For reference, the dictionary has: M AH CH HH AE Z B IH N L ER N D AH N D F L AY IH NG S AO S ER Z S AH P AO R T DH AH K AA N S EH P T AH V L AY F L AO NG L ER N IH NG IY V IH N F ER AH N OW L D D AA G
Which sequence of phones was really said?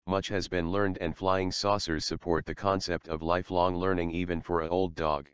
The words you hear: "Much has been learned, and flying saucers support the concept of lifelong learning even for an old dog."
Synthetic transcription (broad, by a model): M AH CH HH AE Z B IH N L ER N D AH N F L AY IH NG S AO S ER Z S AH P AO R T DH AH K AA N S EH P T AH V L AY F L AO NG L ER N IH NG IY V IH N F ER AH OW L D D AA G